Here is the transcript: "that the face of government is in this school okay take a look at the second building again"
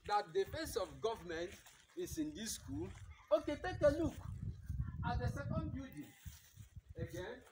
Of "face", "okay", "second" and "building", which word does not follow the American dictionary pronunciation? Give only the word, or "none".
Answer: building